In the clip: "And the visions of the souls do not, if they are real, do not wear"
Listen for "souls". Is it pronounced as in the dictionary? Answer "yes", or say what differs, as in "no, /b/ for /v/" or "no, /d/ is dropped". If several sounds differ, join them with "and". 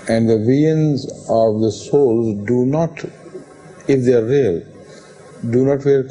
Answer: yes